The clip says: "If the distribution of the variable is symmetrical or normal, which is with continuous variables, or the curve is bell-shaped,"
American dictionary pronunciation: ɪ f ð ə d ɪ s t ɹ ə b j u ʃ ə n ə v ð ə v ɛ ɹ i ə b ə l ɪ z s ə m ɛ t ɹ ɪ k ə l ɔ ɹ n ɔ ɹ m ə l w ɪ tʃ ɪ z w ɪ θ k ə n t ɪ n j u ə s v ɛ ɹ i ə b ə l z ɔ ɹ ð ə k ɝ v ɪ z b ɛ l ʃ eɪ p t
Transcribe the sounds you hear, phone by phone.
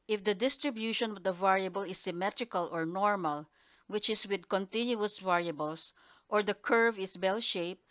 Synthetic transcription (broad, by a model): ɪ f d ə d ɪ s t ɹ ə b j u ʃ ə n ə v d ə v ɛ ɹ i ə b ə l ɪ s ə m ɛ t ɹ ɪ k ə l ɔ ɹ n ɔ ɹ m ə l w ɪ tʃ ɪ s w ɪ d k ə n t ɪ n j u ə s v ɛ ɹ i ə b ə l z ɔ ɹ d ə k ɝ v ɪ s b ɛ l ʃ eɪ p